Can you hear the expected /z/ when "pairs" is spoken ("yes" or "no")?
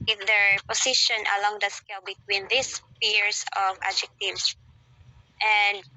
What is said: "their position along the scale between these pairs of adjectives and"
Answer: no